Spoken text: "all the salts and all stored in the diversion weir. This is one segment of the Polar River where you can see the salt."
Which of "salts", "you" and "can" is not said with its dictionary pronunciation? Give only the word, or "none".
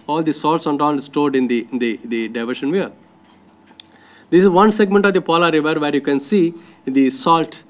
none